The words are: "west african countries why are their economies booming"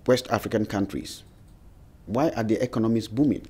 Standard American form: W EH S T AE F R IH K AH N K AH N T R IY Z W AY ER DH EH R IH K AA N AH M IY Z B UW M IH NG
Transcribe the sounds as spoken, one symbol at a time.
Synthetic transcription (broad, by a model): W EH S T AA F R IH K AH N K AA N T R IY S W AY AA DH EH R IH K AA N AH M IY S B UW M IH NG